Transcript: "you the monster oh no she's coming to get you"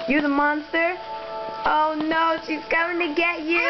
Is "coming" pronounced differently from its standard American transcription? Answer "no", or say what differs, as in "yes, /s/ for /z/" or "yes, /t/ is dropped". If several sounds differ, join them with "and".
yes, /m/ is dropped